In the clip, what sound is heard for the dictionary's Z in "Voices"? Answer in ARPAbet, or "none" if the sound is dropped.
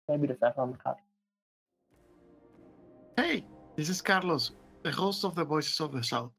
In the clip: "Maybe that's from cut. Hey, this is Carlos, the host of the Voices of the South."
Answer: S